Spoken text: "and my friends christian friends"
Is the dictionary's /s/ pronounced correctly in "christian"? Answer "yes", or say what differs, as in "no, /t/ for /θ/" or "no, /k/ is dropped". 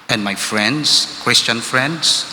yes